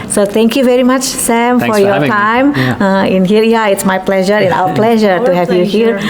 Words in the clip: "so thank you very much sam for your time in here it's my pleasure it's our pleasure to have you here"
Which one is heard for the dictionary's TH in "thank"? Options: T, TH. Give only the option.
T